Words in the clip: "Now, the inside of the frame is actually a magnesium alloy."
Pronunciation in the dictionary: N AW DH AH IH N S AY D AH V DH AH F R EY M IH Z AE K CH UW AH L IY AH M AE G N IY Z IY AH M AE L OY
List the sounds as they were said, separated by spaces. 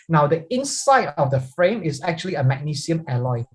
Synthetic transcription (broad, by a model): N AW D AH IH N S AY D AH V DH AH F R EY M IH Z AE K CH UW AH L IY AH M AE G N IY S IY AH M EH L OY